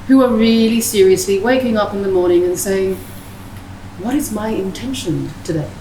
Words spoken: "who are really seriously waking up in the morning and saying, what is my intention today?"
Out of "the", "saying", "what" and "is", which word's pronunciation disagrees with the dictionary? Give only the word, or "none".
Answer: none